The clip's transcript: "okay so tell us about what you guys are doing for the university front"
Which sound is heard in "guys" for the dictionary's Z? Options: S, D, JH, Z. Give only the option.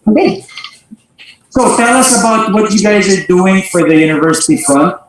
Z